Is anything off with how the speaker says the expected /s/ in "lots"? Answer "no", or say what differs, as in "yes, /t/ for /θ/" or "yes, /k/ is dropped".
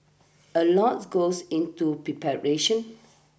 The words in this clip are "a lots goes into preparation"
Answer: yes, /s/ is dropped